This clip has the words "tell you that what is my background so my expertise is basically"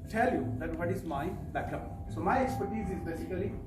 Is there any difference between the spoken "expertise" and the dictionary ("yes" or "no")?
no